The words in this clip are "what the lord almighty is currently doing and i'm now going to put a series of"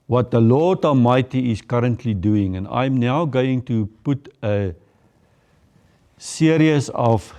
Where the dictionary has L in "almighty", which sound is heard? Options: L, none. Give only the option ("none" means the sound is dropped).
none